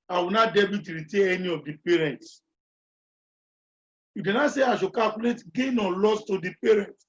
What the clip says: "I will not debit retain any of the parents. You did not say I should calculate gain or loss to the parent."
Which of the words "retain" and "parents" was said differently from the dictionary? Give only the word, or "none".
retain